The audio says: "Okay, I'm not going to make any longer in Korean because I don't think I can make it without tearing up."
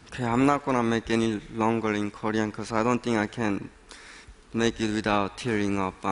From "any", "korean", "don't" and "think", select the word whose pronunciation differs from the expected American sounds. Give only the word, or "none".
think